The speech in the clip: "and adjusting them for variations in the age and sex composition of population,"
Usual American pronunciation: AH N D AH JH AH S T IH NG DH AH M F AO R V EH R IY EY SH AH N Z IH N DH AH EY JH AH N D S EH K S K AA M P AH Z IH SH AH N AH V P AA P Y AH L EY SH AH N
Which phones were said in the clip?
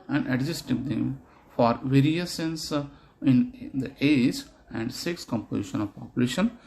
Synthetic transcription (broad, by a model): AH N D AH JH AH S T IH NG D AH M F AO R V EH R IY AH S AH N S IH N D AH EY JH AH N D S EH K S K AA M P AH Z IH SH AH N AH V P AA P Y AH L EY SH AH N